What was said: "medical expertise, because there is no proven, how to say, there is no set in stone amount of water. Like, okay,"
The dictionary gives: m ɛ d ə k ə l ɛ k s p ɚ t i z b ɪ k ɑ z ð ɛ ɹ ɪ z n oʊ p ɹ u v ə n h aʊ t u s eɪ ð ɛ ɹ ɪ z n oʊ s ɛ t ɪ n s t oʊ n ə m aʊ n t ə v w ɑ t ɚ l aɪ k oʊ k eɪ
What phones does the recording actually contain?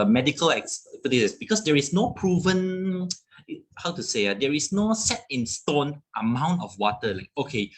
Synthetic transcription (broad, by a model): m ɛ d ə k ə l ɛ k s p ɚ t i s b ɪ k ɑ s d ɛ ɹ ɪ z n oʊ p ɹ u v ə n h aʊ t u s eɪ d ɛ ɹ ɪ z n oʊ s ɛ t ɪ n s t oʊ n ə m aʊ n t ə f w ɑ t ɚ l aɪ k oʊ k eɪ